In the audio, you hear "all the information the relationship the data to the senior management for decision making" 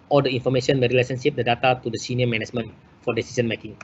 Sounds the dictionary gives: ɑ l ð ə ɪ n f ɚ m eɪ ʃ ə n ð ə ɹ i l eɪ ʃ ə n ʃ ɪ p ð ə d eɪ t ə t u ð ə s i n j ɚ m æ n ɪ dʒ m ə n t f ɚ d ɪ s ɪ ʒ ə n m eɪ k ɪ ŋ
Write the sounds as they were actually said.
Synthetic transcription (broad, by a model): ɑ l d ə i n f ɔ m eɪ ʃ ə n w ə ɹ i l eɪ s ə n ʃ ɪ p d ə d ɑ t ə t u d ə s i n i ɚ m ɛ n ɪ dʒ m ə n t f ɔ d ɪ s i s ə n m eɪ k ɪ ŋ